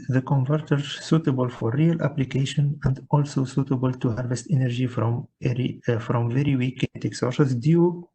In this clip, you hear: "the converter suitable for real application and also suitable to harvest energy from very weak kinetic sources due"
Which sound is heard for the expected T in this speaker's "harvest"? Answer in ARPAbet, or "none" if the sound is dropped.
T